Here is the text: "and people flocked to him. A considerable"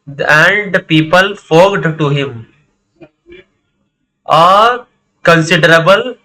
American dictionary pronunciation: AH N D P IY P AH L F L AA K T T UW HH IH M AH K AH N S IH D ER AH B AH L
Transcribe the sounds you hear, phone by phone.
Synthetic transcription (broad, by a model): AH N D P IY P AH L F AA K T T UW HH IH M AH K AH N S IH D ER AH B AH L